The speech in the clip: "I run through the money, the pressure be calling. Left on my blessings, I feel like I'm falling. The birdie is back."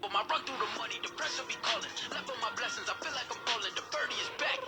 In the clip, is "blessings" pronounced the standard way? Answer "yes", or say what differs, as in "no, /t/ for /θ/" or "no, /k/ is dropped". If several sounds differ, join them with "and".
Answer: yes